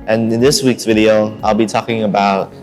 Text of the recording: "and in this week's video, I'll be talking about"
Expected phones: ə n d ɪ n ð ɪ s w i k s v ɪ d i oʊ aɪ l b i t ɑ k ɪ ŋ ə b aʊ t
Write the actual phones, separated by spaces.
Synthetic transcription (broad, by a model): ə n ɪ n ð ɪ s w i k s v ɪ d i oʊ aɪ l b i t ɑ k ɪ ŋ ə b aʊ t